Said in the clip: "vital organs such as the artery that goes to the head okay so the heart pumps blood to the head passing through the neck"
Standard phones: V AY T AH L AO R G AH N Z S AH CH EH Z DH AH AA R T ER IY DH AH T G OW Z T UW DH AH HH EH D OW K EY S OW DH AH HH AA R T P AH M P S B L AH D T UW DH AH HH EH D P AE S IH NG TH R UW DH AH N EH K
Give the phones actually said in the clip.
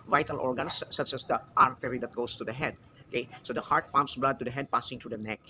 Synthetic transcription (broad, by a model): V AY T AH L AO R G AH N S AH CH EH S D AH AA R T ER IY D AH T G OW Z T UW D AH HH EH D OW K EY S OW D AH HH AA R T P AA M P S B L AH D T UW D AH HH EH D P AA S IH NG T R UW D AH N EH K